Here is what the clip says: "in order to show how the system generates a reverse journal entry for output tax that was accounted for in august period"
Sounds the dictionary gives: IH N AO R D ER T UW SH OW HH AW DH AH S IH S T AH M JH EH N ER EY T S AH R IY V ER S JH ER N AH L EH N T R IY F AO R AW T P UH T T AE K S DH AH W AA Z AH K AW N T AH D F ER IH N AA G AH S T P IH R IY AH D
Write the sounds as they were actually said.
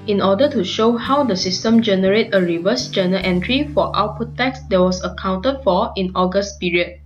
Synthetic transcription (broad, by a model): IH N AO D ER T UW SH OW HH AW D AH S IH S T AH M JH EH N ER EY T AH R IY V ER S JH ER N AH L EH N T R IY F AO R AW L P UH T T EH K S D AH W AA S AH K AW N T AH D F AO IH N AA G AH S T P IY R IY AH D